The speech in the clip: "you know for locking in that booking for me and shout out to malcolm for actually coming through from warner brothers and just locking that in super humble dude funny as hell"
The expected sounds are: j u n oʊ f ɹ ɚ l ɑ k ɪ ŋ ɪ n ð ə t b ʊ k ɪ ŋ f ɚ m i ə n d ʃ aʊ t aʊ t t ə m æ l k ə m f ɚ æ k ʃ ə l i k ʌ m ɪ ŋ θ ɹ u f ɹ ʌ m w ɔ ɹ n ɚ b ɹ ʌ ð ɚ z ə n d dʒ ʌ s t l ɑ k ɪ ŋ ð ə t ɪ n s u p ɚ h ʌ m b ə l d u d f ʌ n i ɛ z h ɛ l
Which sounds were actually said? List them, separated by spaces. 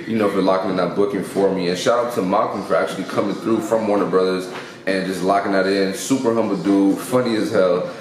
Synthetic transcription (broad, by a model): j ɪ n oʊ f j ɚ l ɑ k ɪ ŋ ɪ n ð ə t b ʊ k ɪ ŋ f ɚ m i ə n ʃ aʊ aʊ t t ə m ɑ k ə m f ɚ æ k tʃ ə l i k ʌ m ɪ ŋ θ ɹ u f ɹ ʌ m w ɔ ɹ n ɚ b ɹ ʌ ð ɚ z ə n dʒ ʌ s t l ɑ k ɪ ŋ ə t ɪ n s u p ɚ h ʌ m b l d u f ʌ n i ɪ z h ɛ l